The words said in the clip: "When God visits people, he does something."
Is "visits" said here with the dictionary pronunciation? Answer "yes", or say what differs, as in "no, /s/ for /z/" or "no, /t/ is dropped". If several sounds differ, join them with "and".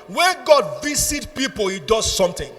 no, /s/ is dropped